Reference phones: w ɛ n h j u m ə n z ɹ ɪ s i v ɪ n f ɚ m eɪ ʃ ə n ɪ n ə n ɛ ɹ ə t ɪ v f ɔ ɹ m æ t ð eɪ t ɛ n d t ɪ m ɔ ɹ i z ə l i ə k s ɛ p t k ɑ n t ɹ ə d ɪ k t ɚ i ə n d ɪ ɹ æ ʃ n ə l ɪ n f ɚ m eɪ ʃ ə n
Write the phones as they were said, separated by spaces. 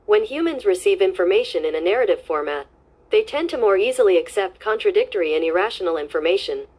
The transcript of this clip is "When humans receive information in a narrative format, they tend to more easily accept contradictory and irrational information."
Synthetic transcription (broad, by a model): w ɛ n h j u m ə n z ɹ ɪ s i v ɪ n f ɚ m eɪ ʃ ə n ɪ n ə n ɛ ɹ ə t ɪ v f ɔ ɹ m æ t ð eɪ t ɛ n t ɪ m ɔ ɹ i z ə l i ə k s ɛ p t k ɑ n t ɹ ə d ɪ k t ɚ i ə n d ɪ ɹ æ ʃ n l ɪ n f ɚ m eɪ ʃ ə n